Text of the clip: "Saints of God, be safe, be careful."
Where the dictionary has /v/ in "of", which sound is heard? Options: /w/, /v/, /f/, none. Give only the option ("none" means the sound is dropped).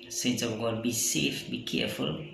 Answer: /w/